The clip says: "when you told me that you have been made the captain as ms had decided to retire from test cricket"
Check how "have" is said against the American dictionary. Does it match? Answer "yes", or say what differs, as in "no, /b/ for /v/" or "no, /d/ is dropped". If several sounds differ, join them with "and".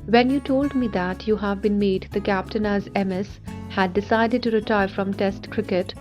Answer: yes